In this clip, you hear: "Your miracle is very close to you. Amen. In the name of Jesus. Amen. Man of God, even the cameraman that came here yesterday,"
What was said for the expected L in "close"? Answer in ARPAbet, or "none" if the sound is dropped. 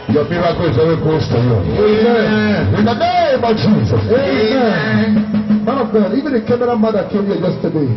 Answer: none